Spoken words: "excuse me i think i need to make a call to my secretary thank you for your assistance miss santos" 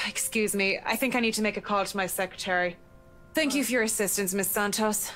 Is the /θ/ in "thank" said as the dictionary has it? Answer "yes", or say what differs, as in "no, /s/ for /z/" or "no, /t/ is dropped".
yes